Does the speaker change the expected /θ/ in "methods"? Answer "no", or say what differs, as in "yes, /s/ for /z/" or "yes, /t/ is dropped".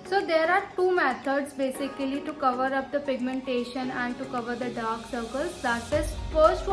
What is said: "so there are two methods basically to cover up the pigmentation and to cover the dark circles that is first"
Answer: yes, /t/ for /θ/